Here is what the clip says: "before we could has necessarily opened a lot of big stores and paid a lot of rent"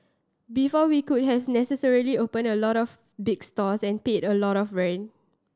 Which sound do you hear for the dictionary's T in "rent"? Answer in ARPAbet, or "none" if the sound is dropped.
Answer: none